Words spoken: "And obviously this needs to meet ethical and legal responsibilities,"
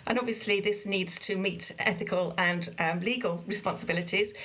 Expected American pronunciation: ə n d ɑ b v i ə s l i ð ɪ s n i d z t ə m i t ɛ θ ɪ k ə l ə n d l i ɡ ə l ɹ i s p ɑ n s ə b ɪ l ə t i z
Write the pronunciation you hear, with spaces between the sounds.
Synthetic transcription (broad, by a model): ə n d ɑ b v i ə s l i ð ɪ s n i d z t ə m i t ɛ θ ɪ k ə l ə n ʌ l i ɡ ə l ɹ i s p ɑ n s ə b ɪ l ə t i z